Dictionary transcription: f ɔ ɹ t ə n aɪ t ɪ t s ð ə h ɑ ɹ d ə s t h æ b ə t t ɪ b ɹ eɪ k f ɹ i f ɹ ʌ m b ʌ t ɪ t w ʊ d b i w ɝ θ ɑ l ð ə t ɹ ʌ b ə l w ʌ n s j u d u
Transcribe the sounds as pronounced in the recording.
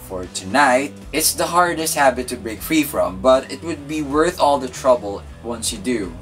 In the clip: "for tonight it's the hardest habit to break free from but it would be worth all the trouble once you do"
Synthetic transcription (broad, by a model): f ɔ ɹ t ə n aɪ t ɪ t s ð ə h ɑ ɹ d ə s t h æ b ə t t ɪ b ɹ eɪ k f ɹ i f ɹ ʌ m b ʌ t ɪ t w ʊ d b i w ɝ θ ɑ l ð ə t ɹ ʌ b ə l w ʌ n s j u d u